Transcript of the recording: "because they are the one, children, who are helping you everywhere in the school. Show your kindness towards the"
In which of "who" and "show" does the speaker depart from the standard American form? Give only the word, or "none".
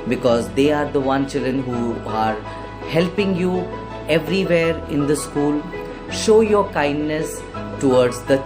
none